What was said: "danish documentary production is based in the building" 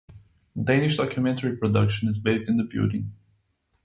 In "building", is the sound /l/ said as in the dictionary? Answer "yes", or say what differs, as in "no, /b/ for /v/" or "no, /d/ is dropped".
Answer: no, /l/ is dropped